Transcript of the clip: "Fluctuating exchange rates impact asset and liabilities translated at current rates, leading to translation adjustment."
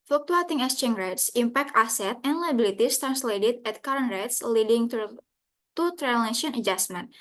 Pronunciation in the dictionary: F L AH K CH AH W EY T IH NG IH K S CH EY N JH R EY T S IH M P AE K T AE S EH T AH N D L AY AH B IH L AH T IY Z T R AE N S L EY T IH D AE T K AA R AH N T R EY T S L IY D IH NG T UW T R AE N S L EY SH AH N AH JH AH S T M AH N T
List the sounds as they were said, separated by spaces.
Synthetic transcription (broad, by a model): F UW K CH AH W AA T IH NG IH S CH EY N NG R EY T S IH M P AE K T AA S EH T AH N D L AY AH B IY L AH T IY S T R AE N S L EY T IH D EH T K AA R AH N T R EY T S L IY D IH NG T UW T AE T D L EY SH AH N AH JH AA S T M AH N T